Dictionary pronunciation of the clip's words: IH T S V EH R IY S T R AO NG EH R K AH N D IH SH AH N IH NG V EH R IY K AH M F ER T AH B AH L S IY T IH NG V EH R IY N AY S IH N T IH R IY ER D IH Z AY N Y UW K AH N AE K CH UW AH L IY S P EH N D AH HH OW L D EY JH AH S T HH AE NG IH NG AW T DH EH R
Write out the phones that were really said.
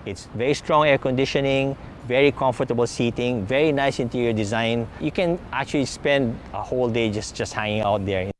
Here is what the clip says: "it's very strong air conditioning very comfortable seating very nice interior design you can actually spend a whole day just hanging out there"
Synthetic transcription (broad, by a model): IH T S V EH R IY S T R AO NG EH R K AH N D IH SH AH N IH NG V EH R IY K AH M F ER T AH B AH L S IY T IH NG V EH R IY N AY S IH N T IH R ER D IH Z AY N Y UW K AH N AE K CH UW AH L IY S P EH N D AH HH OW L D EY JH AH S T HH AE NG IH NG AW T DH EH R